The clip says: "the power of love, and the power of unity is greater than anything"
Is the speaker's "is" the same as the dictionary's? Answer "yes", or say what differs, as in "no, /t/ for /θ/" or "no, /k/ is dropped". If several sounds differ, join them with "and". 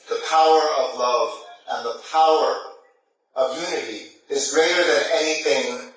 yes